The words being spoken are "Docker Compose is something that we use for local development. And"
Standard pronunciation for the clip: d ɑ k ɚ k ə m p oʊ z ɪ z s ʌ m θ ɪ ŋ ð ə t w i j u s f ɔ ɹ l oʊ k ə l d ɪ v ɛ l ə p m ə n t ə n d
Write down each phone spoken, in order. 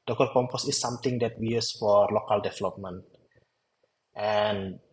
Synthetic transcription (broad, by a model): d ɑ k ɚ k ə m p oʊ s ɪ s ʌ m t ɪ ŋ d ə t w i j u s f ɔ ɹ l oʊ k ə l d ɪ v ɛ l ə p m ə n t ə n